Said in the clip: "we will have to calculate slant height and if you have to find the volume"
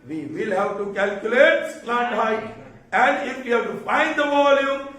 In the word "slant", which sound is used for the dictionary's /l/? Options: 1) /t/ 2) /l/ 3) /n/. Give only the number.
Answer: 3